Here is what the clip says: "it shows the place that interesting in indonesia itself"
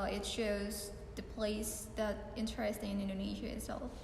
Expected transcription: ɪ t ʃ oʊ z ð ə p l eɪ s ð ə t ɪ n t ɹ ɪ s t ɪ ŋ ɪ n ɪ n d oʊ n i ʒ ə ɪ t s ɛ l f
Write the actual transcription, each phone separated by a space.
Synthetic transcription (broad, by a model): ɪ t ʃ oʊ z ð ə p l eɪ s ð ə t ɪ n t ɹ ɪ s t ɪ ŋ ɪ n ɪ n d oʊ n i ʒ ə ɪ t s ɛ l f